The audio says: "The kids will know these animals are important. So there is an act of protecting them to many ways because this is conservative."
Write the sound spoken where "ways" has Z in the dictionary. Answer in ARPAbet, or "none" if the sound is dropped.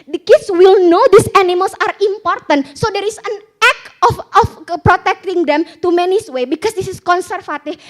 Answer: none